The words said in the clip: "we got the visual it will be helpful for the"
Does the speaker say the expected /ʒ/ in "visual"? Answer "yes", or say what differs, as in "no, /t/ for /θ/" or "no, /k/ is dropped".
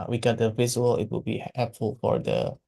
no, /z/ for /ʒ/